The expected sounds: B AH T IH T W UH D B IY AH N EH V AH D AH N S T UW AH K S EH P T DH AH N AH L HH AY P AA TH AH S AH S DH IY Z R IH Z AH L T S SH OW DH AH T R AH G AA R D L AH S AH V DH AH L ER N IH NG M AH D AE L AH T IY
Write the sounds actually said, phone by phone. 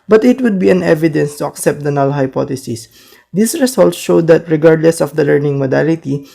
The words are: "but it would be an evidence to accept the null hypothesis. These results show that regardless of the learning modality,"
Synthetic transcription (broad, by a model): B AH T IH T W UH D B IY AH N EH V AH D AH N S T UW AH K S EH P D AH N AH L HH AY P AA T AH S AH S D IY S R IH S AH L T S SH OW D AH T R AH G AA R D L AH S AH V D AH L ER N IH NG M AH D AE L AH T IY